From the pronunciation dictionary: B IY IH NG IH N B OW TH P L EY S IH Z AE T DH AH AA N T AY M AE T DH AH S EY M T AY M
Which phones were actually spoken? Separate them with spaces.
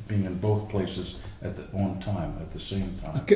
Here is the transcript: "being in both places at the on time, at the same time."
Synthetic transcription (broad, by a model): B IY IH NG IH N B OW TH P L EY S IH Z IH T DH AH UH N T AY M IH T DH AH S EY M T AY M